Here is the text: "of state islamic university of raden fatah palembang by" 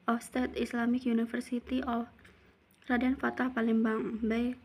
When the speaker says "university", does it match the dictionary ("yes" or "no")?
no